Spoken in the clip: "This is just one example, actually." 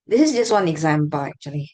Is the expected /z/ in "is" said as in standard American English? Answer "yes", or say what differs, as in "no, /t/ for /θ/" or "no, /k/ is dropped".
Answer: yes